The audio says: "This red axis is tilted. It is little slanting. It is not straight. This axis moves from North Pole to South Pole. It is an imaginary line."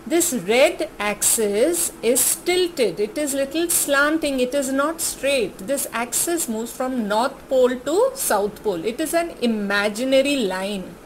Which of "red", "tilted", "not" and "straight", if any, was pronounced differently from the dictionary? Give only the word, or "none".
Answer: none